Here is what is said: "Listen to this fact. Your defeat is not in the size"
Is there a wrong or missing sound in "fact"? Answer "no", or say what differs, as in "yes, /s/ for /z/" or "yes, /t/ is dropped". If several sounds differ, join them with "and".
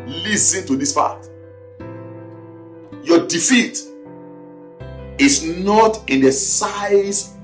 yes, /p/ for /f/ and /k/ is dropped